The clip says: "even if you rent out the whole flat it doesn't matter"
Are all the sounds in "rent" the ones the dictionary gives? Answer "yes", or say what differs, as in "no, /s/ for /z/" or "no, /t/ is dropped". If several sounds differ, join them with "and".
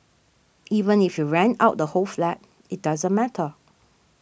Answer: no, /t/ is dropped